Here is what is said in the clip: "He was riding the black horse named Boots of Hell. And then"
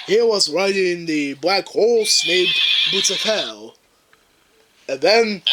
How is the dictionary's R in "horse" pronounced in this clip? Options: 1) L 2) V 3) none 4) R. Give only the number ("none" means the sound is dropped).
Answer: 1